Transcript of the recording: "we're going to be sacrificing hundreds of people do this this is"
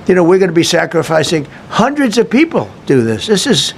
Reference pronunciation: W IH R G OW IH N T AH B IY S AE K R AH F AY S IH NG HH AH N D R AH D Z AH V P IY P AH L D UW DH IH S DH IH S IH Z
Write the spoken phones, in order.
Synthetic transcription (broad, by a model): W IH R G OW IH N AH B IY S AE K R AH F AY S IH NG HH AH N D R AH D Z AH V P IY P L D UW DH IH S DH IH S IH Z